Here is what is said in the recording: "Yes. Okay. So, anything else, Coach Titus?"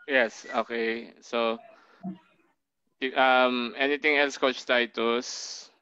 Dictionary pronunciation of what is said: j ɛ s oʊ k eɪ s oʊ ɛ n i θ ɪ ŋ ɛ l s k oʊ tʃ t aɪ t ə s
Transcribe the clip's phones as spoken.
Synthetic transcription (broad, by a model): j ɛ s oʊ k eɪ s oʊ ɛ n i t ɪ ŋ ɛ l s k oʊ tʃ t aɪ t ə s